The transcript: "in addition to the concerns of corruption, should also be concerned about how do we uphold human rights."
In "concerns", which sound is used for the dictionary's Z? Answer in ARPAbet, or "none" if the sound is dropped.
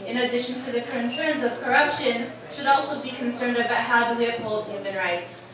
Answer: Z